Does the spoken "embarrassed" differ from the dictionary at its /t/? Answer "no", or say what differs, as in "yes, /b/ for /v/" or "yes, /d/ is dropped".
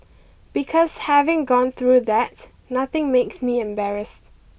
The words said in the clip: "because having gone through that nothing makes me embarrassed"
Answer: no